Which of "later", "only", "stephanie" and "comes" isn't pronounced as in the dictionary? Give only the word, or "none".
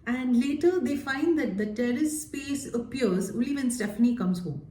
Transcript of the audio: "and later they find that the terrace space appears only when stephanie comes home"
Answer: only